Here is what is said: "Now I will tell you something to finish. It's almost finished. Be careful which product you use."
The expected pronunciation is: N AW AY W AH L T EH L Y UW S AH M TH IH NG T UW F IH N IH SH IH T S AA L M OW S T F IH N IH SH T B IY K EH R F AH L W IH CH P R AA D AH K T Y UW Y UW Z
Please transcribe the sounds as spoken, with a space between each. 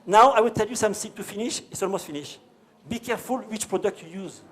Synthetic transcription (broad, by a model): N AW AY W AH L T EH L Y UW S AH M S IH T UW F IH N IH SH IH T S AA L M OW S T F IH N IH SH B IY K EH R F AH L W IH CH P R AA D AH K T Y UW Y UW Z